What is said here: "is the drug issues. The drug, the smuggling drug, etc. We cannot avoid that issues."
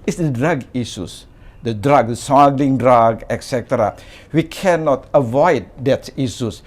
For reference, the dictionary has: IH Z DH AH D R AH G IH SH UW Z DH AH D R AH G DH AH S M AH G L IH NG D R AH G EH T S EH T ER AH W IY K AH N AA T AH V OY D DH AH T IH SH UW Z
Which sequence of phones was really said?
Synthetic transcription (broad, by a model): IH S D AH D R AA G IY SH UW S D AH D R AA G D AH S AA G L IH NG D R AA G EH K S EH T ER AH W IY K AH N AA T AH V OY D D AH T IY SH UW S